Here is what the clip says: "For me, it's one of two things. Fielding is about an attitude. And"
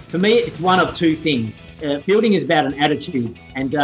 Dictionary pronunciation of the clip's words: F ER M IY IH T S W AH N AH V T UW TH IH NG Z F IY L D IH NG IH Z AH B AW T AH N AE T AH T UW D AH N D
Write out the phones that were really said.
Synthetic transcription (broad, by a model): F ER M IY IH T S W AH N AH V T UW TH IH NG Z F IY L D IH NG IH Z AH B AW T AH N AE T AH T UW D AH N